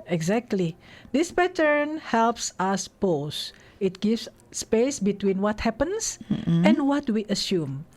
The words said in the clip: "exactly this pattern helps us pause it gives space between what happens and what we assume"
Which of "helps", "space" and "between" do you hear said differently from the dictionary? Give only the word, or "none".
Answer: none